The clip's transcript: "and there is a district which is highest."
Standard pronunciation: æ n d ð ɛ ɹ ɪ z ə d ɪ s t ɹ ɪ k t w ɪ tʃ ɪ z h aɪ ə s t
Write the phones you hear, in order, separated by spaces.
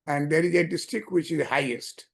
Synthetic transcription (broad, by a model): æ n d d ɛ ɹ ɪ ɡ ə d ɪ s t ɪ k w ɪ tʃ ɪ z h aɪ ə s t